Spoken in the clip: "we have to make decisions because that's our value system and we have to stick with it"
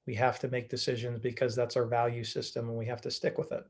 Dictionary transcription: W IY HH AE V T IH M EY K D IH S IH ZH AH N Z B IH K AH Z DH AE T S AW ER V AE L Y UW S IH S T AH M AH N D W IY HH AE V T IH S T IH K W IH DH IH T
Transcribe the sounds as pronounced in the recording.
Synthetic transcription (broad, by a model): W IY HH AE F T IH M EY K D IH S IH ZH AH N Z B IH K AH Z DH AE T S AW ER V AE L Y UW S IH S T AH M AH N W IY HH AE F T IH S T IH K W IH DH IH T